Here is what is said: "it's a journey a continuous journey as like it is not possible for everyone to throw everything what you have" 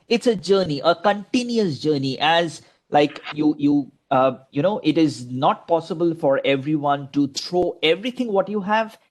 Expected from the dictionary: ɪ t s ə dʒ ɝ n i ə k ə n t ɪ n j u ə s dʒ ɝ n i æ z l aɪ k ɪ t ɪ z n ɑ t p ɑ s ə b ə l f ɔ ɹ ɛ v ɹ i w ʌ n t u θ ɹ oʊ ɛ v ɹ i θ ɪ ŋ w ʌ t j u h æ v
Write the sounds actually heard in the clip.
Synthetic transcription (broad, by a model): ɪ t s ə dʒ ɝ n i ə k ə n t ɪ n j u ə s dʒ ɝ n i æ z l aɪ k ɪ t ɪ z n ɑ t p ɑ s ə b ə l f ɔ ɹ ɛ v ɹ i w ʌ n t u t ɹ oʊ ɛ v ɹ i t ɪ ŋ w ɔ t j u h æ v